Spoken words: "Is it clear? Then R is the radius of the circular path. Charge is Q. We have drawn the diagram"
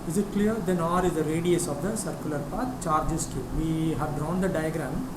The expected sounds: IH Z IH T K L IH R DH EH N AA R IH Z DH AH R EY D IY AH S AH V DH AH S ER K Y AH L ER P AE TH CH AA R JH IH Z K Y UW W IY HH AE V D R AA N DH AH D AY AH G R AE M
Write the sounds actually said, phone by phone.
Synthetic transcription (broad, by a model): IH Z IH T K L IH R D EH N AA R IH Z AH R EY D IY AH S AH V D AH S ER K Y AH L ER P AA T CH AA R JH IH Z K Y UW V IY HH AE V D R AA N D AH D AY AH G R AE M